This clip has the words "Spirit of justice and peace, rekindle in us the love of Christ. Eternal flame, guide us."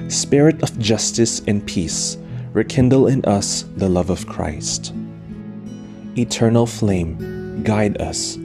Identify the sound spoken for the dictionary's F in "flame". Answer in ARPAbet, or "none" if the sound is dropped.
F